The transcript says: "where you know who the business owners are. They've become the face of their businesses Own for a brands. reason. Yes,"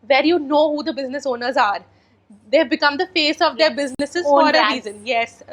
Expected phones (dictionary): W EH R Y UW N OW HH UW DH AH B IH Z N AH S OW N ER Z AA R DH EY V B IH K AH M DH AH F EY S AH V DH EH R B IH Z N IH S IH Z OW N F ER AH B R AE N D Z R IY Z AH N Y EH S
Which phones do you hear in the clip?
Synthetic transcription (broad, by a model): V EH R Y UW N OW HH UW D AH B IH Z N AH S OW N ER Z AA R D EY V B IH K AH M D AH F EY S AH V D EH R B IH Z N IH S IH Z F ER AH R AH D R IY Z AH N Y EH S